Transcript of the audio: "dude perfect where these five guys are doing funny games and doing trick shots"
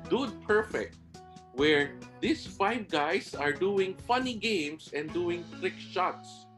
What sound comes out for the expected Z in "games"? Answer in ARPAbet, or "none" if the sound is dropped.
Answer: S